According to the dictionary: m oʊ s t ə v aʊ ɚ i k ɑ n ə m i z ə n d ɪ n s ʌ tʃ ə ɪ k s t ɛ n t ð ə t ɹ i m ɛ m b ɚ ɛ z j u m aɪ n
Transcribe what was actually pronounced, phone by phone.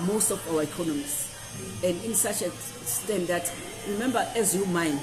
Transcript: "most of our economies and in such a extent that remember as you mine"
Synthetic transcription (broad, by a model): m oʊ s t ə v aʊ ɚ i k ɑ n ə m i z ə n d ɪ n s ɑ tʃ ə s t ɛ n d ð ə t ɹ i m ɛ m b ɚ ɛ z j u m aɪ n